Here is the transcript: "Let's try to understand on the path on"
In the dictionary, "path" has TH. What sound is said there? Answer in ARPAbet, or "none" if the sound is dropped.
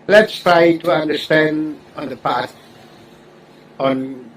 S